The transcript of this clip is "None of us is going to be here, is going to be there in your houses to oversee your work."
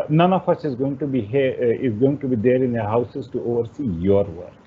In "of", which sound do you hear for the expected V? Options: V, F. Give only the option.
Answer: F